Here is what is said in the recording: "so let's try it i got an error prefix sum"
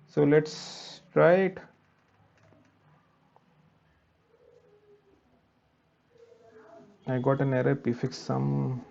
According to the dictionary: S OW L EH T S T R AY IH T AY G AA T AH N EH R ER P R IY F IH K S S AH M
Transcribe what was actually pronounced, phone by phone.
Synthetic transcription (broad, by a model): S OW L EH T S T R AY IH T AY G AA T AH N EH R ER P IY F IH K S S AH M